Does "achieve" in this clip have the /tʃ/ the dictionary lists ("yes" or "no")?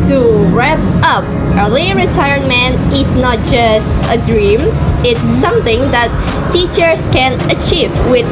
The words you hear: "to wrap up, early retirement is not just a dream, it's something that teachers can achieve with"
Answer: yes